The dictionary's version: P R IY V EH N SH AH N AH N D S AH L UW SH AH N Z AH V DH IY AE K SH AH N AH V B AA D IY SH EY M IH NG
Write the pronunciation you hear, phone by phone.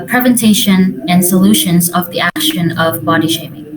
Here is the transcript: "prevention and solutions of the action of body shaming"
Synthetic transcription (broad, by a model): P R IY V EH N SH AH N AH N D S AH L UW SH AH N Z AH V DH IY AE K SH AH N AH V B AA D IY SH EY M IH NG